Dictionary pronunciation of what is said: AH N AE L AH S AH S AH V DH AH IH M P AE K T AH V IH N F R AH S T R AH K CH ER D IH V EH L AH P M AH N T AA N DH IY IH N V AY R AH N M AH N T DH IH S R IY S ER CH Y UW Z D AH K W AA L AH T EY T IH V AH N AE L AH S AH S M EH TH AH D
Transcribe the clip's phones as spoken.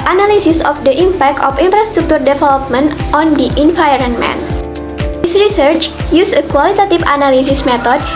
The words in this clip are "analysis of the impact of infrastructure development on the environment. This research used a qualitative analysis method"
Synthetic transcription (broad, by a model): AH N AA L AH S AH S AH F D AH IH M P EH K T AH F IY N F R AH S T R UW K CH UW D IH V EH L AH P M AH N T AA N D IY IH N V AY R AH N M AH N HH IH S R IY S ER CH Y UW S AH K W AA L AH T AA T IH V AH N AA L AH S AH S M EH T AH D